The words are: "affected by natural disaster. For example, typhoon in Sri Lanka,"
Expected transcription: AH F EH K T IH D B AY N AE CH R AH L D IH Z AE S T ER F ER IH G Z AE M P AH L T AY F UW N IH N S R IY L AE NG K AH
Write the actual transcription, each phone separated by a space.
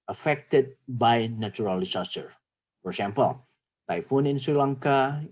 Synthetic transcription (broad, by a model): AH F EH K T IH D B AY N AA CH R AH L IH S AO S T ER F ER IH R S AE M P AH L T AY F UW N IH N S R IY L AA NG K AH